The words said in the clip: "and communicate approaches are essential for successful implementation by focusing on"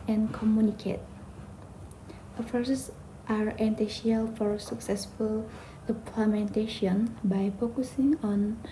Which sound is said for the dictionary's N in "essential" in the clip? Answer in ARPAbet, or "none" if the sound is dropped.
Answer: none